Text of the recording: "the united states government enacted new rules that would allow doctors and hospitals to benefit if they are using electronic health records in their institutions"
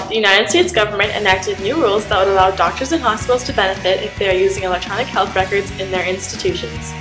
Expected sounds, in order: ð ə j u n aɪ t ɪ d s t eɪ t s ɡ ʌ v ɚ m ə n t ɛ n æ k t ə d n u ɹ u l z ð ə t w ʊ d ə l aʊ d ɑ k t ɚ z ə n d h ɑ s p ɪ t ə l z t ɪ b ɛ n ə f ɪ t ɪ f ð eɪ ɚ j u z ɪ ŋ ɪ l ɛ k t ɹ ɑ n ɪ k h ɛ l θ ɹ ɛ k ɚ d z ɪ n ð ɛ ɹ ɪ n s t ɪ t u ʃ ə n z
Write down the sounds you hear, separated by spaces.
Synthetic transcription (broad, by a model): ð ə j u n aɪ t ɪ d s t eɪ t s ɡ ʌ v ɚ m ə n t ɛ n æ k t ə d n u ɹ u l z ð ə t w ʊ d ə l aʊ d ɑ k t ɚ z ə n h ɑ s p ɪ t l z t ɪ b ɛ n ə f ɪ t ɪ f ð eɪ ɚ j u z ɪ ŋ ɪ l ɛ k t ɹ ɑ n ɪ k h ɛ l θ ɹ ɛ k ɚ d z ɪ n ð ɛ ɹ ɪ n s t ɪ t u ʃ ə n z